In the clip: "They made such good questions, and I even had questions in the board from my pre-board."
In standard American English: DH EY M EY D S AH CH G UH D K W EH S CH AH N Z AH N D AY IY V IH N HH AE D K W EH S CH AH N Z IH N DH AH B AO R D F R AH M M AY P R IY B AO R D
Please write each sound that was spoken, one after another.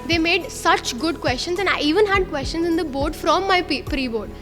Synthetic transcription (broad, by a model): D EY M EY D S AH CH G UH D K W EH S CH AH N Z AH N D AY IY V IH N HH AE D K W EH S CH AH N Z IH N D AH B AO R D F R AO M M AY P R IY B AO R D